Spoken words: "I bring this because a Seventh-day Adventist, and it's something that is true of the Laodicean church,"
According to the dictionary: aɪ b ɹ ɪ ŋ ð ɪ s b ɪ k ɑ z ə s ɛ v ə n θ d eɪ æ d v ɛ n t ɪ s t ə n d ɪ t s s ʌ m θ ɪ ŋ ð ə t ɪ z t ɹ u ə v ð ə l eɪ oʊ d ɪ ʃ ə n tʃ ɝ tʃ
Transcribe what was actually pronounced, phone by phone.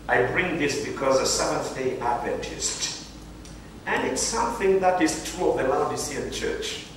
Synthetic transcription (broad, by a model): aɪ b ɹ ɪ ŋ ð ɪ s b ɪ k ɑ z ə s ɛ v ə n θ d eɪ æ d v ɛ n t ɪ s t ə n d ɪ t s s ʌ m θ ɪ ŋ ð ə t ɪ z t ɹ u ə v ð ə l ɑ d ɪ s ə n tʃ ɝ tʃ